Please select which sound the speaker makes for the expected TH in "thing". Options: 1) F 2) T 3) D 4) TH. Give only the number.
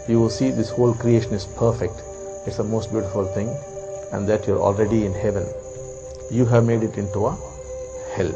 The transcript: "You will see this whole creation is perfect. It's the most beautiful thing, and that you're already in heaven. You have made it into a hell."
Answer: 2